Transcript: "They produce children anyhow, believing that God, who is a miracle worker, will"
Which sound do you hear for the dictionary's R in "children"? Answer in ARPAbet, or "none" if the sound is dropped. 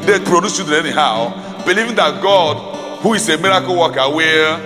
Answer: none